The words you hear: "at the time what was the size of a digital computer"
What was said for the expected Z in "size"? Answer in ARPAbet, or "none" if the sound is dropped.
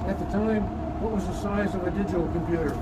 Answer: Z